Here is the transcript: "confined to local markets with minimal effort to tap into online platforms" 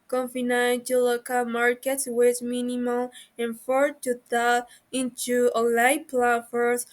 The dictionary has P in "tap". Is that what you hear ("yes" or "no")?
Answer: no